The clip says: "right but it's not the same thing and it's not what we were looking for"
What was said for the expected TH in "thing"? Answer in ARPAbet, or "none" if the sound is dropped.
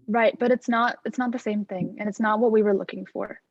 TH